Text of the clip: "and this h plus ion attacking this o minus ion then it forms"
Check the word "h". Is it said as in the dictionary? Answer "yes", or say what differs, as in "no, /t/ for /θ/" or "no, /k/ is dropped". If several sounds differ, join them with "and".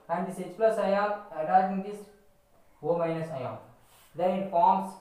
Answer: no, /s/ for /tʃ/